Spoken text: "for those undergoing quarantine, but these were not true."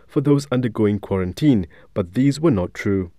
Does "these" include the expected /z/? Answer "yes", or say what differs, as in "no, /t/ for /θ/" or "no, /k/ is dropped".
yes